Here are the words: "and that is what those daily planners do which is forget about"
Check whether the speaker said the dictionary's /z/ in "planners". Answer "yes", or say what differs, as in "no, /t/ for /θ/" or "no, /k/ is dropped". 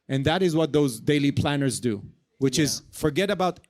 yes